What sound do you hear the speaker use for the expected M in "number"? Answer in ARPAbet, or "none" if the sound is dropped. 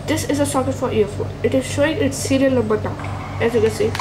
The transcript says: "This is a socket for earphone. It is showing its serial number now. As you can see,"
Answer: none